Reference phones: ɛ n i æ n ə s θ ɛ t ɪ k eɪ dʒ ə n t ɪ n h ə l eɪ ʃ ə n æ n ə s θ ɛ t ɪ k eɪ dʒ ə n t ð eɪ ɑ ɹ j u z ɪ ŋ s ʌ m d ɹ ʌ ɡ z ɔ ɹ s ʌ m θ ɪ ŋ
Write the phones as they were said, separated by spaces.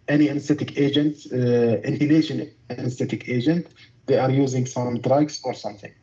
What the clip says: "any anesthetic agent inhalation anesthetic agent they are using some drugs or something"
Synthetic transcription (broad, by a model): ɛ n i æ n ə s t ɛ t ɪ k eɪ dʒ ə n t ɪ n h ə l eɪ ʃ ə n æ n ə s t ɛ t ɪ k eɪ dʒ ə n t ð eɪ ɑ ɹ j u z ɪ ŋ s ʌ m d ɹ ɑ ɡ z ɔ ɹ s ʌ m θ ɪ ŋ